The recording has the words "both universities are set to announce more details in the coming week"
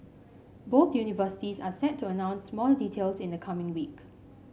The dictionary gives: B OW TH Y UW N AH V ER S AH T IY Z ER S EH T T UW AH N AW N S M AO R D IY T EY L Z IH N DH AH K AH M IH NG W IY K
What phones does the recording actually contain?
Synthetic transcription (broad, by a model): B OW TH Y UW N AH V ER S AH T IY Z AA S EH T T UW AH N AW N S M AO L D IY T EY L S IH N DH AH K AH M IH NG W IY K